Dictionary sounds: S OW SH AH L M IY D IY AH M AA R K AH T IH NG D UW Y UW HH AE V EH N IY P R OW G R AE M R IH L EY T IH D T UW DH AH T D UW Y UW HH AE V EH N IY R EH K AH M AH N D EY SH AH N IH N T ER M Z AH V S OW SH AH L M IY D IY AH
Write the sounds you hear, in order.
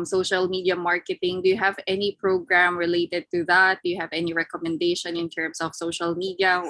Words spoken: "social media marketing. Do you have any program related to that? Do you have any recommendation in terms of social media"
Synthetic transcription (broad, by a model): S OW SH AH L M IY D IY AH M AA R K AH T IH NG D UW Y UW HH AE V EH N IY P R OW G R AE M R IH L EY T IH D T UW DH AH T D UW Y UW HH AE V EH N IY R EH K AH M AH N D EY SH AH N IH N T ER M S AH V S OW SH AH L M IY D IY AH